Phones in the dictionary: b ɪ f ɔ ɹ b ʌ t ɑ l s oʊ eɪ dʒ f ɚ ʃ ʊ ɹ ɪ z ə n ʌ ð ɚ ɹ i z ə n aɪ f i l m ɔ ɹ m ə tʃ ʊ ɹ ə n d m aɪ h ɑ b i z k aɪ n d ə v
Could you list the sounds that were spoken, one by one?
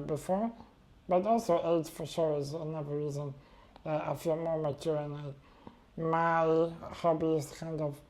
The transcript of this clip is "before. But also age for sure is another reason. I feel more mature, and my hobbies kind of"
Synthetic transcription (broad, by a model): b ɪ f ɔ ɹ b ʌ t ɑ l s oʊ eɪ z f ɚ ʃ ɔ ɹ ɪ z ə n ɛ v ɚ ɹ i z ə n aɪ f i l m ɔ ɹ m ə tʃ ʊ ɹ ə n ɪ m aɪ h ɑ b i s k aɪ n d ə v